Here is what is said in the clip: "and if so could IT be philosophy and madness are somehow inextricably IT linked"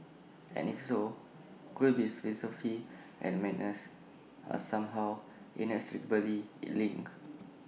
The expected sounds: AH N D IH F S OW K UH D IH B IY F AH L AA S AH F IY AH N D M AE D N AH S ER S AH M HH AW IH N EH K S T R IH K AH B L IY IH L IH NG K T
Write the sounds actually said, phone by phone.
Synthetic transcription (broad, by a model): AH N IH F S OW K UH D B IY F AH L AA S AH F IY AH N M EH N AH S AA S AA M HH AW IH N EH S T R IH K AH L IY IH L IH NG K